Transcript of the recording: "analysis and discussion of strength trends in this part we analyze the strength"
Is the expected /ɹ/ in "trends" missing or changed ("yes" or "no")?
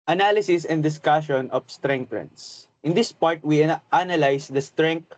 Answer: yes